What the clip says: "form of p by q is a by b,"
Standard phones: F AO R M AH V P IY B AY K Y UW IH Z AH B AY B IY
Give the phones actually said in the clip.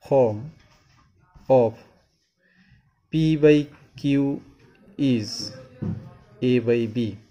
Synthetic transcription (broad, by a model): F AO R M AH P P IY B AY K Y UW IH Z AH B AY B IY